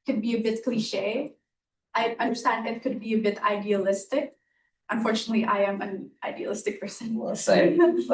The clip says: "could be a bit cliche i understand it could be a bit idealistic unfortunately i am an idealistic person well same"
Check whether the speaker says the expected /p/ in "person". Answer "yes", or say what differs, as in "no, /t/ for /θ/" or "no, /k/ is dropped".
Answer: no, /f/ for /p/